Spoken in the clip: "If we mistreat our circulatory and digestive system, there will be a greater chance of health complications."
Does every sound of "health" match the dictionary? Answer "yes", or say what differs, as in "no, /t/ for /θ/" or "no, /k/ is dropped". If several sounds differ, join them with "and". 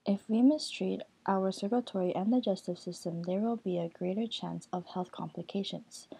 yes